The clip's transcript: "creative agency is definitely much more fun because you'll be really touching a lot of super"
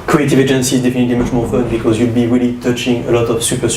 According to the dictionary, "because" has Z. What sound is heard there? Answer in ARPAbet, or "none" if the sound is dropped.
Z